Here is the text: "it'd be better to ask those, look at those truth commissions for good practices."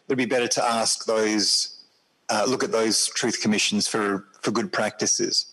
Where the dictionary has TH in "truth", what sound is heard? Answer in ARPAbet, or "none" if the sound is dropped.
TH